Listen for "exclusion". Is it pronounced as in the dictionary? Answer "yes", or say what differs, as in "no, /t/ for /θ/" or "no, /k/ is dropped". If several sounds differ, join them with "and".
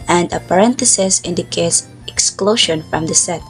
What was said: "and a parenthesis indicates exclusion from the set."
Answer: no, /ʃ/ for /ʒ/